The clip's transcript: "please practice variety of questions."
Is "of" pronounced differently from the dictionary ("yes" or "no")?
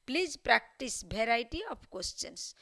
yes